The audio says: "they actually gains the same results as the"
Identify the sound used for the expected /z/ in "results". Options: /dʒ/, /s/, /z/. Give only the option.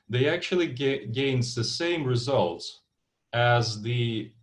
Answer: /z/